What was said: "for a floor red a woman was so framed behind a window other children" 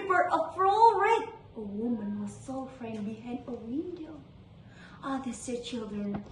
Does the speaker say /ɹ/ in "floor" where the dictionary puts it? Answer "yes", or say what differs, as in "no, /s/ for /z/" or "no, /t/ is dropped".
no, /l/ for /ɹ/